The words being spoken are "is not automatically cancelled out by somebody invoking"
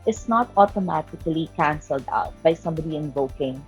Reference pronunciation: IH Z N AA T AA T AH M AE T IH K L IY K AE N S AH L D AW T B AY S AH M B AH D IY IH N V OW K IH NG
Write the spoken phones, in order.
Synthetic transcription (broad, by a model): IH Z N AA T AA T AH M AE T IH K L IY K AE N S AH L D AW T B AY S AH M B AH D IY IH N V OW K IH NG